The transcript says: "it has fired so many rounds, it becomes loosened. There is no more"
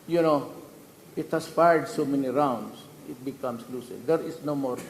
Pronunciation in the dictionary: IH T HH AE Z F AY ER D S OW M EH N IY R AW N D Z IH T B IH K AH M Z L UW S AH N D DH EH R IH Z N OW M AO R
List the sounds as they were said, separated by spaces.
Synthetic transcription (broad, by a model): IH T HH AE S F AY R D S OW M EH N IY R AW N D S IH T B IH K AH M S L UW S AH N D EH R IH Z N OW M AO R